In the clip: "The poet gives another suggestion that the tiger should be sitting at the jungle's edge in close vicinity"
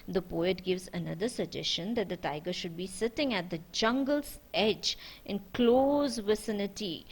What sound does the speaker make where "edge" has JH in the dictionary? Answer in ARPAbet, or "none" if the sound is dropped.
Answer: JH